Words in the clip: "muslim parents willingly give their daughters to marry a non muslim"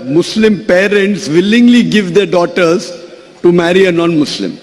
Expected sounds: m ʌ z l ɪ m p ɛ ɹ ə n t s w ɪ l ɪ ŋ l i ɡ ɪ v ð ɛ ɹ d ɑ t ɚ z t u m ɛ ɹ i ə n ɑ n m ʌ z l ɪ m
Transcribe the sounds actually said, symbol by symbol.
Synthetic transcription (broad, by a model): m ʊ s l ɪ m p ɛ ɹ ə n t s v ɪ l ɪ ŋ l i ɡ ɪ v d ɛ ɹ d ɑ t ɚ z t u m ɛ ɹ i ə n ɑ n m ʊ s l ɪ m